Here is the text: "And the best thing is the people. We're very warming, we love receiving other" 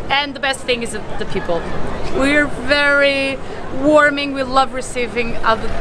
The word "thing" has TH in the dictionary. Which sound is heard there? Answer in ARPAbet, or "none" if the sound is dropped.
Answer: TH